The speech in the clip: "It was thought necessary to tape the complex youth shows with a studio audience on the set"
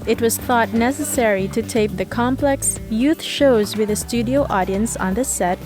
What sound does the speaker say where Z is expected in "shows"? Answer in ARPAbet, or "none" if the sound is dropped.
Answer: Z